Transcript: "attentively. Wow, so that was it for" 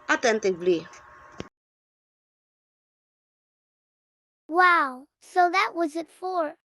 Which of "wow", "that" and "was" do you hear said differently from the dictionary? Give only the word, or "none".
none